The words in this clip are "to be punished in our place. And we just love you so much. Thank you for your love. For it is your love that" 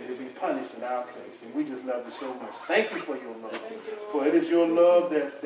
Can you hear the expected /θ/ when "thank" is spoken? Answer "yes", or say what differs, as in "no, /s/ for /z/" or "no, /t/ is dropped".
yes